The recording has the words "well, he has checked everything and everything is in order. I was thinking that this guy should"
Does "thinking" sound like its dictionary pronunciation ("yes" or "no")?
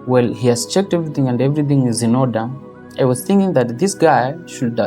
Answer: yes